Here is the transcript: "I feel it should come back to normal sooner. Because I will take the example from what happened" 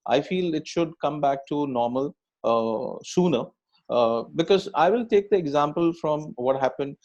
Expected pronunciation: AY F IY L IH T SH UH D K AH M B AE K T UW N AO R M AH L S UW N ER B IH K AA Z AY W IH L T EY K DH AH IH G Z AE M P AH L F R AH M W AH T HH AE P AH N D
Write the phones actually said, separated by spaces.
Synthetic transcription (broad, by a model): AY F IY L IH T SH UH D K AH M B AE K T UW N AO R M AH L S UW N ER B IH K AA Z AY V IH L T EY K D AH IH G Z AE M P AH L F R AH M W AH T HH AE P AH N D